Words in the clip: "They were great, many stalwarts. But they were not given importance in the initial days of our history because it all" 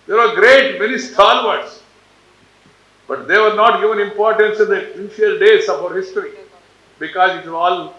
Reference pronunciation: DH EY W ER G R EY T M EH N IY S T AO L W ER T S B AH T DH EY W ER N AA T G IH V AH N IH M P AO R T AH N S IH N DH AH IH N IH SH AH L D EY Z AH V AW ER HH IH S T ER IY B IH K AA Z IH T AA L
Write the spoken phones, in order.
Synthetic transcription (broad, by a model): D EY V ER G R EY T M EH N IY S T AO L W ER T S B AH T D EY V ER N AA T G IH V AH N IH M P AO R T AH N S IH N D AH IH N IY AH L D EY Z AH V AW ER HH IH S T ER IY B IH K AA Z IH T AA L